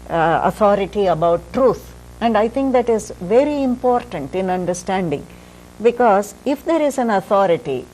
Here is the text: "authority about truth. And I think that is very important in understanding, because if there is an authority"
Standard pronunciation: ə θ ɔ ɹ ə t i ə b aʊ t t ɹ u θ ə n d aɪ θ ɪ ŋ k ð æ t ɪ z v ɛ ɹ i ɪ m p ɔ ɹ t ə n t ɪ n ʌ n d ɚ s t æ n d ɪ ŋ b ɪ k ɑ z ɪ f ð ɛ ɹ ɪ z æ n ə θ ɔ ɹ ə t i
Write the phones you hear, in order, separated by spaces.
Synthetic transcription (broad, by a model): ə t ɔ ɹ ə t i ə b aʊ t t ɹ u t ə n d aɪ t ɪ ŋ k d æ t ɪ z v ɛ ɹ i ɪ m p ɔ ɹ t ə n t ɪ n ʌ n d ɚ s t æ n d ɪ ŋ b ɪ k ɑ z ɪ f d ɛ ɹ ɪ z æ n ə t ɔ ɹ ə t i